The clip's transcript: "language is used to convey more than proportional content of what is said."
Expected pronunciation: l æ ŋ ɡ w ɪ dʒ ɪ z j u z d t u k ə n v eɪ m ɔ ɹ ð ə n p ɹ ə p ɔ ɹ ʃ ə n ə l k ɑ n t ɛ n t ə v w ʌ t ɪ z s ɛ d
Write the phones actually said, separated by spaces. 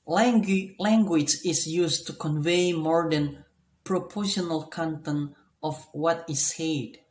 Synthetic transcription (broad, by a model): l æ ŋ ɡ w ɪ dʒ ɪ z j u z t u k ə n v eɪ m ɔ ɹ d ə n p ɹ ə p ɔ ɹ ʃ ə n ə l k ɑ n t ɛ n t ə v w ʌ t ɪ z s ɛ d